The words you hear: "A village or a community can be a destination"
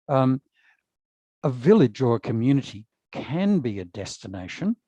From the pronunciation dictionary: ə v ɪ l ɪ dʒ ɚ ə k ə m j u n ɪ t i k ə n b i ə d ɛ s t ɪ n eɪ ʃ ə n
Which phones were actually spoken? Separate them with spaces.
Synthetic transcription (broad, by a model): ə v ɪ l ɪ dʒ ɚ ə k ə m j u n ɪ t i k ə n b i ə d ɛ s t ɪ n eɪ ʃ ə n